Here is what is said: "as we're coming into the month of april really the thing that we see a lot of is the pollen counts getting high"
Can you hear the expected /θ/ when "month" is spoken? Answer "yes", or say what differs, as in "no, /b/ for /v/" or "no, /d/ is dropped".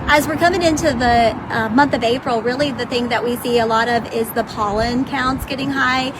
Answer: yes